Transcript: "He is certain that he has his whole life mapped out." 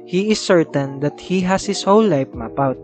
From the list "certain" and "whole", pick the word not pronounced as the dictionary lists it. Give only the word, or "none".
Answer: whole